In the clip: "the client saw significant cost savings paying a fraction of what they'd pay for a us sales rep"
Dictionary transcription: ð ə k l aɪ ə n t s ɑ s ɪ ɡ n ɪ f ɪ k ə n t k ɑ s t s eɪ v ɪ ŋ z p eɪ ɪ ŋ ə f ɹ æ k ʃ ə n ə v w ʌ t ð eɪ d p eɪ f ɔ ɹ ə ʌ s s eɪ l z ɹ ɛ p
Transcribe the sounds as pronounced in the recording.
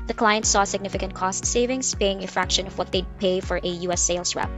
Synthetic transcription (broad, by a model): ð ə k l aɪ ə n t s ɑ s ɪ ɡ n ɪ f ɪ k ə n t k ɑ s t s eɪ v ɪ ŋ s p eɪ ɪ ŋ ə f ɹ æ k ʃ ə n ə v w ʌ t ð eɪ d p eɪ f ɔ ɹ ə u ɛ s eɪ l s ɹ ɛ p